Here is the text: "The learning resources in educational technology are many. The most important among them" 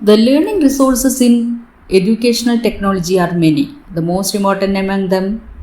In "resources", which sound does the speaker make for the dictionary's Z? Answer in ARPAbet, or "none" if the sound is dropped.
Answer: S